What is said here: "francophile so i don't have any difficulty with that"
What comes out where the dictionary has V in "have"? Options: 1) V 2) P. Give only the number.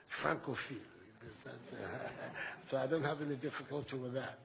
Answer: 1